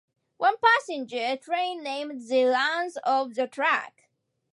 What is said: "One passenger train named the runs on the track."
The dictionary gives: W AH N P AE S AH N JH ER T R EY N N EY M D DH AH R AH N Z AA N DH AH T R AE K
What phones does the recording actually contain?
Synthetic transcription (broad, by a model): W AH N P AE S AH N JH ER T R EY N N EY M D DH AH L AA N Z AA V DH AH T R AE K